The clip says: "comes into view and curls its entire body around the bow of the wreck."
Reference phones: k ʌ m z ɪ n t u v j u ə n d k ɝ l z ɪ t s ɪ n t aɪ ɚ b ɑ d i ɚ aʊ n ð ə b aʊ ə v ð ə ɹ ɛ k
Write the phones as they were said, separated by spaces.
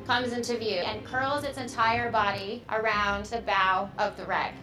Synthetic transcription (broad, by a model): k ʌ m z ɪ n t u v j u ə n k ɝ l z ɪ t s ɪ n t aɪ ɚ b ɑ d i ɚ aʊ n ð ə b aʊ ə v ð ə ɹ ɛ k